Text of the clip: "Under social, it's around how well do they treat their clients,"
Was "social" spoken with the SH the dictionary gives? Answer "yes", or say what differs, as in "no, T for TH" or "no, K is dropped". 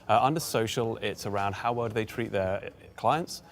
yes